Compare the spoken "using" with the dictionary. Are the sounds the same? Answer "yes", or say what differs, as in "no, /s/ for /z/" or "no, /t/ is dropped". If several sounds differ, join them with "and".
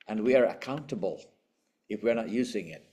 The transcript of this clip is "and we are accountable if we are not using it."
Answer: yes